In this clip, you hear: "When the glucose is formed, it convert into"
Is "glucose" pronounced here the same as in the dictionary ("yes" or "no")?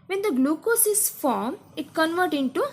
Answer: yes